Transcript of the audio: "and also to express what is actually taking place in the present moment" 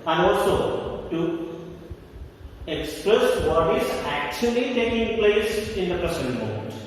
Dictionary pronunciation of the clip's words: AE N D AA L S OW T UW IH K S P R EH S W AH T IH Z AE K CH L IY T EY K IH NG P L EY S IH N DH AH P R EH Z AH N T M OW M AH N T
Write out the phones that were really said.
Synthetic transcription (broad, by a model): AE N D AA L S OW T UW IH K S P R EH S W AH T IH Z AE K CH L IY T EY K IH NG P L EY S IH N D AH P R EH S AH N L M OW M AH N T